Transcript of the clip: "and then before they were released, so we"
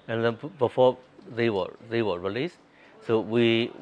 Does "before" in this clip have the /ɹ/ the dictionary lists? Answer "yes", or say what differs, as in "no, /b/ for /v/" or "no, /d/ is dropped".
no, /w/ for /ɹ/